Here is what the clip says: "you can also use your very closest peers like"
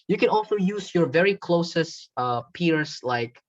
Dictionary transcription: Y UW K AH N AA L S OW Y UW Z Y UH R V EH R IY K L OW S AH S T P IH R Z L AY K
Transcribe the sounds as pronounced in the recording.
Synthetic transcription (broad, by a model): Y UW K AH N AA L S OW Y UW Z Y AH R V EH R IY K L OW S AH S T P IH R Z L AY K